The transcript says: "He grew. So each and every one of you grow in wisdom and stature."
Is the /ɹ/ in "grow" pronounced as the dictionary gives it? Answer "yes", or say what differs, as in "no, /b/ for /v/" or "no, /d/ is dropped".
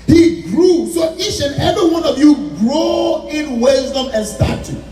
yes